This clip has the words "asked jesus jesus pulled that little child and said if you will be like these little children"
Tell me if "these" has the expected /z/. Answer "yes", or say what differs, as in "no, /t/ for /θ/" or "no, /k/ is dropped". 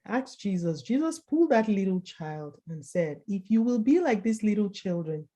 no, /s/ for /z/